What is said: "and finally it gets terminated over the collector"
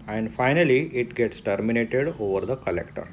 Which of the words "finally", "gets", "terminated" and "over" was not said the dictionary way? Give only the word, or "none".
none